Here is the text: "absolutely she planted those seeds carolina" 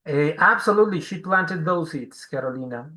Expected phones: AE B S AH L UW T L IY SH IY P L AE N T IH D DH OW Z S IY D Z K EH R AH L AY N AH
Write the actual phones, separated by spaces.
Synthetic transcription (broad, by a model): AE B S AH L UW T L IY SH IY P L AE N T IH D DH OW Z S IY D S K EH R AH L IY N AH